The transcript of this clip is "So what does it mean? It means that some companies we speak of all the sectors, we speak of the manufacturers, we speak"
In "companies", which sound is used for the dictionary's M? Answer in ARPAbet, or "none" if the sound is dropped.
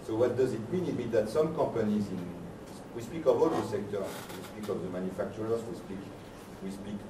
none